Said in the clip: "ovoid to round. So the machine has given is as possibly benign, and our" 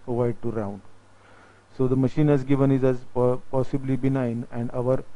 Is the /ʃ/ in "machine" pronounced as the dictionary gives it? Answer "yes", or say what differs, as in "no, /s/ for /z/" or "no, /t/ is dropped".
yes